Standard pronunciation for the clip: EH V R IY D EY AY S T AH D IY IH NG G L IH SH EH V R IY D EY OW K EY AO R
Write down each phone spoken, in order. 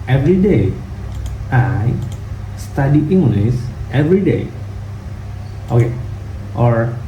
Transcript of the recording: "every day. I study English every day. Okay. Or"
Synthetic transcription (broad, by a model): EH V R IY D EY AY S T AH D IY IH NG G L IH S EH V R IY D EY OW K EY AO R